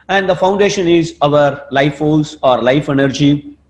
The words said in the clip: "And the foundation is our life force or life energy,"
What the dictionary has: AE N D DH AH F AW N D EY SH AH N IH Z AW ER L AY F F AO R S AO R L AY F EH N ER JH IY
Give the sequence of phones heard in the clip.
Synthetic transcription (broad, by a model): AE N D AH F AW N D EY SH AH N IH Z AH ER L AY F F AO L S AO R L AY F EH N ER JH IY